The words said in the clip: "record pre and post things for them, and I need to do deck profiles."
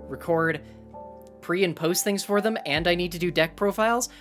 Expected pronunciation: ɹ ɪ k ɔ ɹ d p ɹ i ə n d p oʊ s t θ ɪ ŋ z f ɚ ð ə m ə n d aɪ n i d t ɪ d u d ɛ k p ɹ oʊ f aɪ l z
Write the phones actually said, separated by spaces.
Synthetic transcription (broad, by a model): ɹ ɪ k ɔ ɹ d p ɹ i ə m p oʊ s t θ ɪ ŋ z f ɚ ð ə m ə n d aɪ n i d t ɪ d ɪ d ɛ k p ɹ oʊ f aɪ l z